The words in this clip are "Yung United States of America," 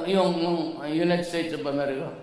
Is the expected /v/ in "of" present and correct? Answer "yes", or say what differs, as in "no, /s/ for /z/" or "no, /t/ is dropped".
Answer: no, /p/ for /v/